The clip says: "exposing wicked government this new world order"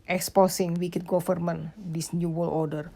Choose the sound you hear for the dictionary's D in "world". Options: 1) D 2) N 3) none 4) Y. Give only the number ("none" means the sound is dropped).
3